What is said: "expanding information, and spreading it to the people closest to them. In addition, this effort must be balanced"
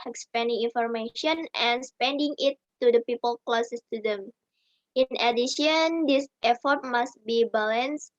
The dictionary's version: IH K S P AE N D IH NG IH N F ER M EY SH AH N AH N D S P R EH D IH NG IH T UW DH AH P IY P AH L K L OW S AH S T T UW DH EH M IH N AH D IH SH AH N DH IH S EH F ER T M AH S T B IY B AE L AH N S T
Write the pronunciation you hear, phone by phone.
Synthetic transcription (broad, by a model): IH K S P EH N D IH NG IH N F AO M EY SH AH N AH N S P EH D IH NG IH T UW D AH P IY P AH L K L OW S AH S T T UW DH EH M IH N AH D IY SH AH N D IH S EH F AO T M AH S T B IY B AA L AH N S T